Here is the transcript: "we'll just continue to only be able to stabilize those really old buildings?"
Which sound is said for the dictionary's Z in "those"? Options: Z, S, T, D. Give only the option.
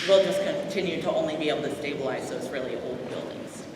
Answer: S